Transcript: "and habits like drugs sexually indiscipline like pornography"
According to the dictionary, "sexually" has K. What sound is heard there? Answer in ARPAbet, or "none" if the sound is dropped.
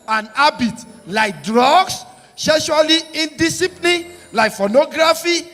none